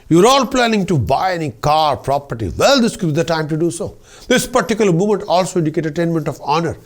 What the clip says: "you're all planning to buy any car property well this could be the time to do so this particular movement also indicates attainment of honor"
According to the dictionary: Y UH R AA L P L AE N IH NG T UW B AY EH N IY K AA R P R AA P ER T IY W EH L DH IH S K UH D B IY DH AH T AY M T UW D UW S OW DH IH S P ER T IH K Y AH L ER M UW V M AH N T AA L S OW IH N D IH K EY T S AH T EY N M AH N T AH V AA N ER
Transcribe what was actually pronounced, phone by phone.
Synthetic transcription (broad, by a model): Y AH R AA L P L AE N IH NG T UW B AY EH N IY K AA R P R AA P ER T IY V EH L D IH S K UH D B IY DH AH T AY M T UW D UW S OW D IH S P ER T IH K Y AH L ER M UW M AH N T AA L S OW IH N D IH K EY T AH T EY N M AH N T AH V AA N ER